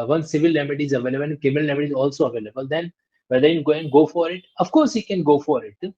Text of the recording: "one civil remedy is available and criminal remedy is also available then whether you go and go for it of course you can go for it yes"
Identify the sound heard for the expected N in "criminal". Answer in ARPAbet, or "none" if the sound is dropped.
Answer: none